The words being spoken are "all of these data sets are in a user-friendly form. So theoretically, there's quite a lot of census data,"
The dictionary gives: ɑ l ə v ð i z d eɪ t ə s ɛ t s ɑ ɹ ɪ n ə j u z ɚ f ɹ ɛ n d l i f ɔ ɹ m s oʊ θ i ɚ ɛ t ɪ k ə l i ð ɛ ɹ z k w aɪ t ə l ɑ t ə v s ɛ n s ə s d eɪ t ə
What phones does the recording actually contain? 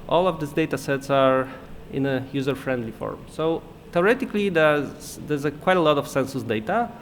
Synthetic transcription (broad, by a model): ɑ l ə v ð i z d eɪ t ə s ɛ t s ɑ ɹ ɪ n ə j u z ɚ f ɹ ɛ n d l i f ɔ ɹ m s oʊ t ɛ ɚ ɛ t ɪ k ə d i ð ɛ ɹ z k w aɪ t ə l ɑ t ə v s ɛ n s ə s d eɪ t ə